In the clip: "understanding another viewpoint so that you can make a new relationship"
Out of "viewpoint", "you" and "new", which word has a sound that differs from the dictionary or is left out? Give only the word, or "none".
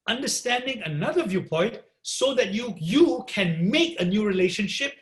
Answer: none